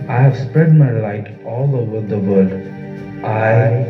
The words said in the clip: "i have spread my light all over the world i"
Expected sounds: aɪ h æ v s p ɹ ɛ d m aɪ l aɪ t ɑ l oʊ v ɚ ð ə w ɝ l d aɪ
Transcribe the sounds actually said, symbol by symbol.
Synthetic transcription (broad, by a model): aɪ h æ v s p ɹ ɛ d m aɪ l aɪ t ɑ l oʊ v ɚ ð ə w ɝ d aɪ